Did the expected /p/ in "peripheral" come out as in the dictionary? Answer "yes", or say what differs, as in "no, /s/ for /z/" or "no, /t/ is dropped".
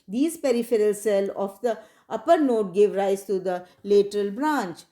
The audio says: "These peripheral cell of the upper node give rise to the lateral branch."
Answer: yes